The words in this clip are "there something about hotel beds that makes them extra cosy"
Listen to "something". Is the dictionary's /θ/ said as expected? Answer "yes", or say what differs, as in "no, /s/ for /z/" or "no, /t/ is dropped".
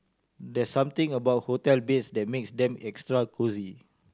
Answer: no, /t/ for /θ/